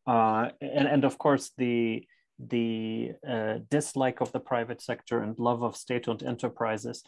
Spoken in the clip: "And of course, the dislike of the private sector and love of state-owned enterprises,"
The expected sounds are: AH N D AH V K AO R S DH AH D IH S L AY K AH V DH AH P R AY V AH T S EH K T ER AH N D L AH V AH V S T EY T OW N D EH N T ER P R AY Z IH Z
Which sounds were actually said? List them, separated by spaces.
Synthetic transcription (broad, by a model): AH N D AH V K AO R S DH AH D IH S L AY K AH V DH AH P R AY V AH T S EH K T ER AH N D L AH V AH V S T EY T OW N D EH N T ER P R AY Z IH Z